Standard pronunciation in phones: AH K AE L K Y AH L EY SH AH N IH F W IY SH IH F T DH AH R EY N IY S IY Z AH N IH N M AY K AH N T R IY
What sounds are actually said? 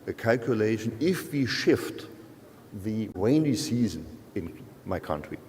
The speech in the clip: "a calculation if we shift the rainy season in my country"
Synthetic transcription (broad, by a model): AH K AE L K Y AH L EY SH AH N IH F W IY SH IH F T DH AH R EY N IY S IY Z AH N IH N M AY K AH N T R IY